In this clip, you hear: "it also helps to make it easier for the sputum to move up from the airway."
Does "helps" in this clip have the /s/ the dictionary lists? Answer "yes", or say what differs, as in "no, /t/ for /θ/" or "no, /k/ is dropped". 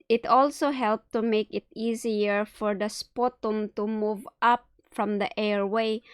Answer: no, /s/ is dropped